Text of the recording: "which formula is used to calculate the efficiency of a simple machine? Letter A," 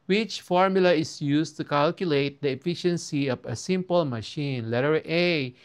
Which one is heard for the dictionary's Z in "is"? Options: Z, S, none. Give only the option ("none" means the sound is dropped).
S